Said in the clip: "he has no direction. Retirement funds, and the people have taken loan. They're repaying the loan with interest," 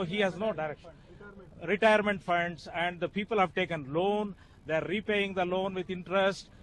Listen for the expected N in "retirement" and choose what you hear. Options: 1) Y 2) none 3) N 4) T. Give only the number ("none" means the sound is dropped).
3